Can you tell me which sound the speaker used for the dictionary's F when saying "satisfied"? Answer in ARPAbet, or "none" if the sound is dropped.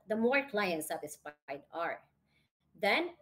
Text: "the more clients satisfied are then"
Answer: P